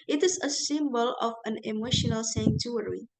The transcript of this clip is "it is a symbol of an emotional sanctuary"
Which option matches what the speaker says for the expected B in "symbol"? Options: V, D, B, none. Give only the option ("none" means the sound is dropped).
B